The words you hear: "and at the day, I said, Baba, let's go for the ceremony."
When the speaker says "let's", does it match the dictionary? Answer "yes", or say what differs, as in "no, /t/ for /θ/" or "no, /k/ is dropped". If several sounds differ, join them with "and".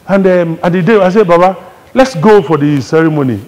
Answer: yes